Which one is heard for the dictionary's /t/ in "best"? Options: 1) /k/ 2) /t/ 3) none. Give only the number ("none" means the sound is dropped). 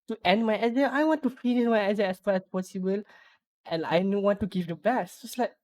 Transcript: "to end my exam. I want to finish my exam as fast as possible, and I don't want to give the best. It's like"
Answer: 3